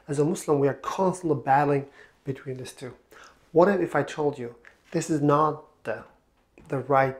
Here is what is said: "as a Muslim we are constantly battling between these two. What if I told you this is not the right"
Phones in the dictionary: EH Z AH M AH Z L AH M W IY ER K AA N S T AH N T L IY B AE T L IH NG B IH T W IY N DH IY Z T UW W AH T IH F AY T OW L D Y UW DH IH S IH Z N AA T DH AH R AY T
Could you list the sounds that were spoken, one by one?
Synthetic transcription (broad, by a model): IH Z AH M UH S L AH M W IY ER K AA N S T AH N T L IY B AE T L IH NG B IH T W IY N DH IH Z T UW W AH T IH F AY T OW L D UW DH IH S IH Z N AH T DH AH R AY T